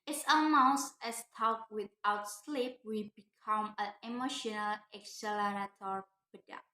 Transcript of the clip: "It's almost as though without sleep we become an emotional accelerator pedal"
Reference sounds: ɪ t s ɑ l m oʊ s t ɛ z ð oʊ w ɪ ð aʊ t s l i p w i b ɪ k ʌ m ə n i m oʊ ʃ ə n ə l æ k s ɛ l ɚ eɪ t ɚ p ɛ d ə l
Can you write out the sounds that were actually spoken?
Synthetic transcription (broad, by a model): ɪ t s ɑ m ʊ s ɛ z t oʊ w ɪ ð aʊ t s l i p w i b ɪ k ʌ m ə n i m oʊ ʃ ə n ə l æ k s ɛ l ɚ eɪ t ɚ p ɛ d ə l